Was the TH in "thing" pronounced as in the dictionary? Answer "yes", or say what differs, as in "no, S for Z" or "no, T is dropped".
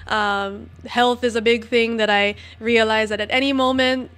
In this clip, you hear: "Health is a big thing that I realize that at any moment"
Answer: yes